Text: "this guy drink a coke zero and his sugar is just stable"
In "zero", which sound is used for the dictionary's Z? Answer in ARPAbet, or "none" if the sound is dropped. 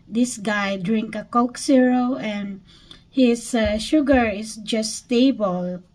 S